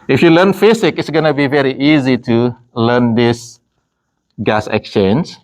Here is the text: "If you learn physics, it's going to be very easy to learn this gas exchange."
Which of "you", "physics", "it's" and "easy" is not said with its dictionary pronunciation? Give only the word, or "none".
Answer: physics